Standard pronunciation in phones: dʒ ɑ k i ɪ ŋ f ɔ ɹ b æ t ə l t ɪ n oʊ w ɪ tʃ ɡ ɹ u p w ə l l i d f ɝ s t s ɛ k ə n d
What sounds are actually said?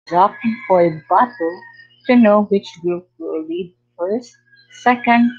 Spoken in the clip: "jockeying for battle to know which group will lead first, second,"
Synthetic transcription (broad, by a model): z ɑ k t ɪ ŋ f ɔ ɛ b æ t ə l t ɪ n oʊ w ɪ tʃ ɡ u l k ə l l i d f ɝ s t s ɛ k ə n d